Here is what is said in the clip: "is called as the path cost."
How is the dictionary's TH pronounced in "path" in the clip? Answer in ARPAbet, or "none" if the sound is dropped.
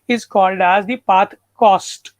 T